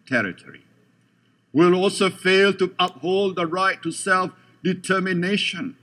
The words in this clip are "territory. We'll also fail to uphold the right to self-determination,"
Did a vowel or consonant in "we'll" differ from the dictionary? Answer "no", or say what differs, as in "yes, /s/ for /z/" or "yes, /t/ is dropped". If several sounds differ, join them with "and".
no